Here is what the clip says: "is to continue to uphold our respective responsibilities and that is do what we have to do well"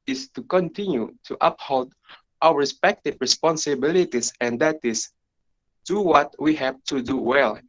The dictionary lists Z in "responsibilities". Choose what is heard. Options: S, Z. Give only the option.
S